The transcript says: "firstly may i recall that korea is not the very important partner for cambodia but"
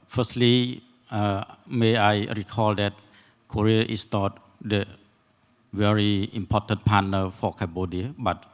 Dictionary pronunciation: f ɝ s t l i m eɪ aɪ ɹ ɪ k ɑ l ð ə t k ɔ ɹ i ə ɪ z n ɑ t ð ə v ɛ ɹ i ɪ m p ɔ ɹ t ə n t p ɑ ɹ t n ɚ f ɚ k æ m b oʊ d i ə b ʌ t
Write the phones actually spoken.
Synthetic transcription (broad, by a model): f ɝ s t l i m eɪ aɪ ɹ ɪ k ɑ l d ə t k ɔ ɹ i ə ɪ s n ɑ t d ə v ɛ ɹ i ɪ m p ɔ t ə n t p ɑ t n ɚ f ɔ k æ b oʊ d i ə b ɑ t